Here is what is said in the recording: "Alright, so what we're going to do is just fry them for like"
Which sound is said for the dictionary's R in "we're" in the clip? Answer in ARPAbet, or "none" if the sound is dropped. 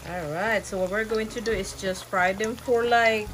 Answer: R